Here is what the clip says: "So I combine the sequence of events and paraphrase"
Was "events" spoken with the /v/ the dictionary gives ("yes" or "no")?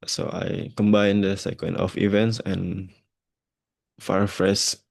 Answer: yes